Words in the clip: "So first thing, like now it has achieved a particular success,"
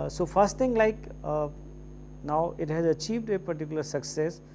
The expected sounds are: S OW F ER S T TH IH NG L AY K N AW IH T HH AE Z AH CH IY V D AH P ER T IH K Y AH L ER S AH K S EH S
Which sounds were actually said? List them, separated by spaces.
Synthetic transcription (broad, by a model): S OW F ER S T T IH NG L AY K N AW IH T HH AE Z AH CH IY V D AH P ER T IH K Y AH L ER S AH K S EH S